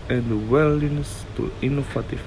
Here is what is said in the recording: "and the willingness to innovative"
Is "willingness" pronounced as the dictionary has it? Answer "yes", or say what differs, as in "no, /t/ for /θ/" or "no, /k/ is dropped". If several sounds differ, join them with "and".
no, /ŋ/ is dropped